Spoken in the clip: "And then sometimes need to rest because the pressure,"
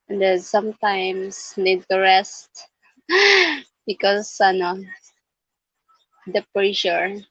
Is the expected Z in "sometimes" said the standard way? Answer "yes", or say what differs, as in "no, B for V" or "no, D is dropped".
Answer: no, S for Z